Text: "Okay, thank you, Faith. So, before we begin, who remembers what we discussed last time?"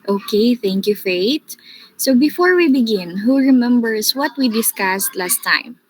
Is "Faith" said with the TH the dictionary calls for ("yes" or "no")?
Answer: no